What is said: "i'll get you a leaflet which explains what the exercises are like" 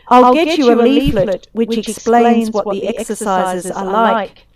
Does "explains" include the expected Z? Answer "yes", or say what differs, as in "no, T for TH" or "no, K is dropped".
yes